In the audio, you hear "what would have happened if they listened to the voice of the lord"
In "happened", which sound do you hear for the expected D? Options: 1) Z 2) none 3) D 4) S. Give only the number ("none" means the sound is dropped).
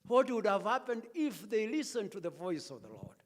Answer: 3